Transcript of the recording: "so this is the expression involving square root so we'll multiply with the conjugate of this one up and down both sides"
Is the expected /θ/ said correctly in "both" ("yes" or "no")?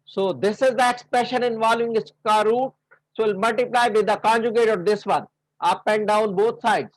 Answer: no